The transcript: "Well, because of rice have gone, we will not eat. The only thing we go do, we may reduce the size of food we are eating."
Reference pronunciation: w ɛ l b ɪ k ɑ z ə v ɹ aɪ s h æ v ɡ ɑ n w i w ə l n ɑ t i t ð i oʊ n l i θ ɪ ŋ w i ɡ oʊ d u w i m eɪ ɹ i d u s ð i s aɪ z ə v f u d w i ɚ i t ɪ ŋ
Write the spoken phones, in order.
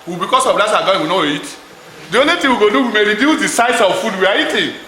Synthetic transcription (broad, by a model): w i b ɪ k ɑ s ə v l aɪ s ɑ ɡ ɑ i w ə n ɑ i t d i oʊ n l i t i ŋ w i ɡ oʊ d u w i m eɪ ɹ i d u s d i s aɪ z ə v f u d w i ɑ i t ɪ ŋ